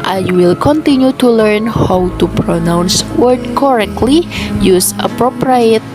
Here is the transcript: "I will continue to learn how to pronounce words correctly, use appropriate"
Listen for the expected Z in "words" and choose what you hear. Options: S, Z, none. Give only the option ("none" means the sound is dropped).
none